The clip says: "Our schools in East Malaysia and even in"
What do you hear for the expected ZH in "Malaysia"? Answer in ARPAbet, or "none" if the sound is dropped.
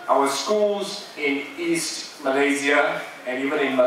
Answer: Z